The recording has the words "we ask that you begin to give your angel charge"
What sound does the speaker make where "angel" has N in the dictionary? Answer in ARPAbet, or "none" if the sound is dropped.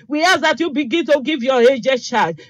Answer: none